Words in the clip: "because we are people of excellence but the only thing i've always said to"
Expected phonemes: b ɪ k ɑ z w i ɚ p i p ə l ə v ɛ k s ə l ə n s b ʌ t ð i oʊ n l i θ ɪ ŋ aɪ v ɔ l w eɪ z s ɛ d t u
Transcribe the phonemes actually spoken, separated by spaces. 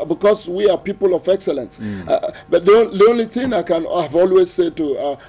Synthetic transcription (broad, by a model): b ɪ k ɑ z w i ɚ p i p ə l ə v ɛ k s ə l ə n s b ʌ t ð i oʊ n l i θ ɪ ŋ aɪ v ɔ l w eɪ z s ɛ d t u